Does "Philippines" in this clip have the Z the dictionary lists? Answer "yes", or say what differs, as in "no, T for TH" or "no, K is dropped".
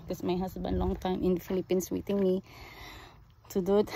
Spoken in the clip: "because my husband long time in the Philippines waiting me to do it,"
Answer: no, S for Z